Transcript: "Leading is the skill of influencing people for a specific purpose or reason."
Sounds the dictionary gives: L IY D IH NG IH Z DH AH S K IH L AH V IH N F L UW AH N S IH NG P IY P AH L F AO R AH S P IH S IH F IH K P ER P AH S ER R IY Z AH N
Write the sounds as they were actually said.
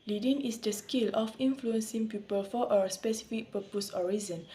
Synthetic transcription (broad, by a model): L IY D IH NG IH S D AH S K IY L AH F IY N F L UW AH N S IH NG P IY P AH L F AO W AH S P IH S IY F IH K P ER P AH S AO R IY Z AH N